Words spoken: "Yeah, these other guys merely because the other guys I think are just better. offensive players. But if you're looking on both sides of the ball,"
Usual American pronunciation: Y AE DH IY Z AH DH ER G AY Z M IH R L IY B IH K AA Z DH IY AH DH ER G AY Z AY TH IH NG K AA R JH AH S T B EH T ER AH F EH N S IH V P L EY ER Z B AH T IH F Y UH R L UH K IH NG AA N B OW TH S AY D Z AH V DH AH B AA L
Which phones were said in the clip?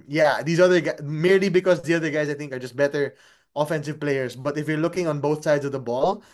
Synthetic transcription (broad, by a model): Y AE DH IY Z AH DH ER G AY M IH R L IY B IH K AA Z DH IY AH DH ER G AY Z AY TH IH NG K AA R JH AH S T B EH T ER AH F EH N S IH V P L EY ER S B AH T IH F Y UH R L UH K IH NG AA N B OW TH S AY D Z AH V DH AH B AA L